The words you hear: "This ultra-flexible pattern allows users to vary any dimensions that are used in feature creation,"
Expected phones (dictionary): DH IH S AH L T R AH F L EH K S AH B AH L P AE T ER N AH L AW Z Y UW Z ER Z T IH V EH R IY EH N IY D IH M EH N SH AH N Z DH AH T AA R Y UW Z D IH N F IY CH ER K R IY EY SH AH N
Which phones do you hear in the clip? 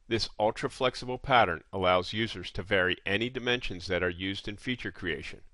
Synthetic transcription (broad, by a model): DH IH S AH L T R AH F L EH K S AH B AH L P AE T ER N AH L AW Z Y UW Z ER Z T IH V EH R IY EH N IY D IH M EH N SH AH N Z DH AH T AA R Y UW Z D IH N F IY CH ER K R IY EY SH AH N